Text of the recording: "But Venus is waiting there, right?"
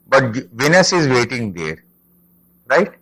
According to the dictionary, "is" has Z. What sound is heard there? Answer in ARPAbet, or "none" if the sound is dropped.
Z